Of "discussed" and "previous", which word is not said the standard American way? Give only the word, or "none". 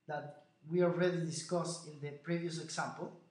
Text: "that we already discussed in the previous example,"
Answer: discussed